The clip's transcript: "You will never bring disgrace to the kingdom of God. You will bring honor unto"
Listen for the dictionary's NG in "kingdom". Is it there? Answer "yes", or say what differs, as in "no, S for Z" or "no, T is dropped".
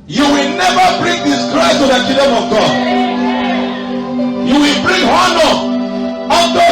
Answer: no, NG is dropped